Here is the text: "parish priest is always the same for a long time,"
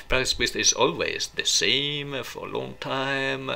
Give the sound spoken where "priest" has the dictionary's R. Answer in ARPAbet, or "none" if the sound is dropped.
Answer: none